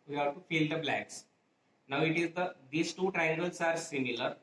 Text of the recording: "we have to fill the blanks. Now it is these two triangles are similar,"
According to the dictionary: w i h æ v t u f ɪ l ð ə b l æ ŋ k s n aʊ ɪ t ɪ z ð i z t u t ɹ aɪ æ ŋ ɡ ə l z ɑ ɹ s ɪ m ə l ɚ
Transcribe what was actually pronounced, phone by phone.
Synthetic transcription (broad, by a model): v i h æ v t u f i l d ə b l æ k s n aʊ ɪ t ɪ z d i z t u t ɹ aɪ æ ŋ ɡ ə l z ɑ ɹ s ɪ m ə l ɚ